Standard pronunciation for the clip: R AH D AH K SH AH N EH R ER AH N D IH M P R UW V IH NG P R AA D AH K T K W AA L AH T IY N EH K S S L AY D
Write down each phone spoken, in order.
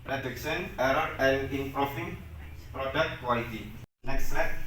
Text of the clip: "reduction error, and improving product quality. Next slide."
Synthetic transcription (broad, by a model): R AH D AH K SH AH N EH R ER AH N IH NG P R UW F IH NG P R AA D AH K T K W AA L AH T IY N EH K S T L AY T